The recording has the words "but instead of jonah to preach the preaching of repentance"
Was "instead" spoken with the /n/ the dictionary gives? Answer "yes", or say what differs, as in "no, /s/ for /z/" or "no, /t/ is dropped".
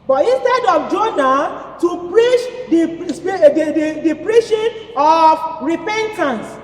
yes